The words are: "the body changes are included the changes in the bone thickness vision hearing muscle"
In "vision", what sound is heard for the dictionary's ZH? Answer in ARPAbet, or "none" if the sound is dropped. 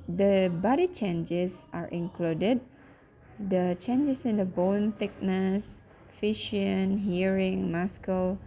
SH